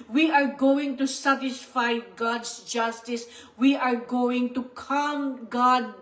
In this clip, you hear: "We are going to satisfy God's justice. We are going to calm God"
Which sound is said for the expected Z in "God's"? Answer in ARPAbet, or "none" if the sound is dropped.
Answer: S